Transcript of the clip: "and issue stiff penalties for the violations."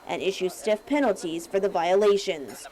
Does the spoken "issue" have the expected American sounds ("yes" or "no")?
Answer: yes